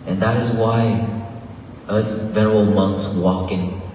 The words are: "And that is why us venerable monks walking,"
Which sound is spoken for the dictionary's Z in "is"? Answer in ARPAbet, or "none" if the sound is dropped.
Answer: Z